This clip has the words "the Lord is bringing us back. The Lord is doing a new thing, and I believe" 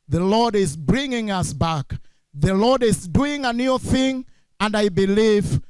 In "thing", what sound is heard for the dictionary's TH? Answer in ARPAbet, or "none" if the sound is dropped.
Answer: TH